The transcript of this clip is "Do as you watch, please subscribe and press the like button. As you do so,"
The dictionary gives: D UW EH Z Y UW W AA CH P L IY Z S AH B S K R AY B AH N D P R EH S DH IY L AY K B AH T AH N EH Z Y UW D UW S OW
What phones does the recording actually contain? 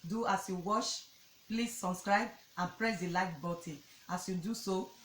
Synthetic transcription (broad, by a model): D UW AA S Y UW W AA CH P L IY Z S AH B S K R AY B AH N P R EH S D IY L AY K B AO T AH AA S Y UW D UW S OW